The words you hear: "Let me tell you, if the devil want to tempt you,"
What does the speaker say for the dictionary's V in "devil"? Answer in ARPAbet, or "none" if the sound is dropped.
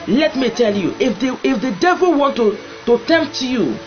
V